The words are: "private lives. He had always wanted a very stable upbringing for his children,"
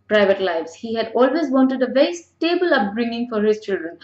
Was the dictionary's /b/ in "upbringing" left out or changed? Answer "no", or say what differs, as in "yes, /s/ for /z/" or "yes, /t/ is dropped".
no